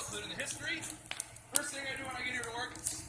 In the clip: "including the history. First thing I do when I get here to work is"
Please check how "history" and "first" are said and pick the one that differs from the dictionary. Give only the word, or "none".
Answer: none